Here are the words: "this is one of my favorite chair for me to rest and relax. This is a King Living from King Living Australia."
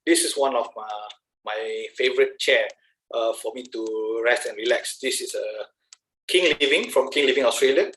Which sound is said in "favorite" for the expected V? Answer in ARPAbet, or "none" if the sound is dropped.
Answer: V